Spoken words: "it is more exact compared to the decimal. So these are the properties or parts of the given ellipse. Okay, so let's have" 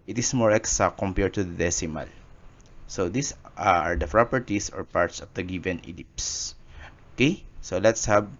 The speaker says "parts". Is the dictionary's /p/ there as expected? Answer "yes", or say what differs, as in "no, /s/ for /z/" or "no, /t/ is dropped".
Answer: yes